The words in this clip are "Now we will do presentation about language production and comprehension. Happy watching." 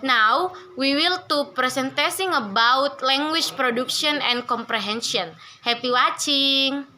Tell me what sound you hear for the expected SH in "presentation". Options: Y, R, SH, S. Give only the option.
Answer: S